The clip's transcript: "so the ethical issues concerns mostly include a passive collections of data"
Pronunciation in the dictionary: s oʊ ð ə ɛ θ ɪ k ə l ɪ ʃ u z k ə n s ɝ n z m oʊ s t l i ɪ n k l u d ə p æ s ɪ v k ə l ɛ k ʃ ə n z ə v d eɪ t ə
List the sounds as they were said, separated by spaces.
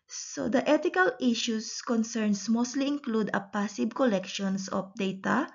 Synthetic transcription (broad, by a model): s oʊ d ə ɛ t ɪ k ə l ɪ ʃ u s k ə n s ɝ n s m oʊ s t l i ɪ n k l u d ə p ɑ s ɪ b k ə l ɛ k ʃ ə n s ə f d eɪ t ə